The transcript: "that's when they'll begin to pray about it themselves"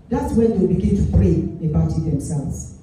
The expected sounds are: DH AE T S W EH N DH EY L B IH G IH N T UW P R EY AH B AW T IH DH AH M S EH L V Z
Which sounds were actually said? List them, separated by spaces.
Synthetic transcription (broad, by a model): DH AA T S W EH N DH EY W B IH G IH N T UW F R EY AH B AW T IH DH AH M S EH L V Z